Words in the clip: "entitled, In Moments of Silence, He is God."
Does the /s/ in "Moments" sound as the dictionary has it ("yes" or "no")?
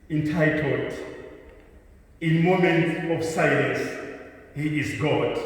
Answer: no